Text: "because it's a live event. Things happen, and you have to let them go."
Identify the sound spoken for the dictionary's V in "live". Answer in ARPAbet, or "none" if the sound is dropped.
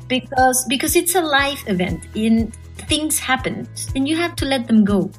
F